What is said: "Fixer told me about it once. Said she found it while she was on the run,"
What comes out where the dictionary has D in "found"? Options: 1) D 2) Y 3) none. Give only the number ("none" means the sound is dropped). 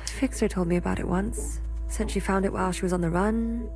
1